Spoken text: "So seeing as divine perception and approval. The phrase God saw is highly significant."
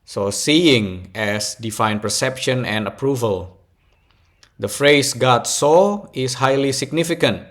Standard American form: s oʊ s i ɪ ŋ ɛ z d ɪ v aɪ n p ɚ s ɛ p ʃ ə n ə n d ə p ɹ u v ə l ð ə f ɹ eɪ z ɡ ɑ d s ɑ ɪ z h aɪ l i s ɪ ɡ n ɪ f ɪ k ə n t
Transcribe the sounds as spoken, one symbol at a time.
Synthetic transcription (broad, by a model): s oʊ s i ɪ ŋ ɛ s d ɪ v aɪ n p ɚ s ɛ p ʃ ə n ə n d ə p ɹ u v ə l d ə f ɹ eɪ s ɡ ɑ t s ɑ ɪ s h aɪ l i s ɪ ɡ n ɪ f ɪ k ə n t